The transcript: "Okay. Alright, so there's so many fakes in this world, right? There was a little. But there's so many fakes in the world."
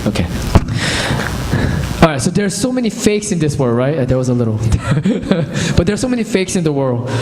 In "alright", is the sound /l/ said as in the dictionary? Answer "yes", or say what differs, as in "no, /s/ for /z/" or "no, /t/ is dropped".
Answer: no, /l/ is dropped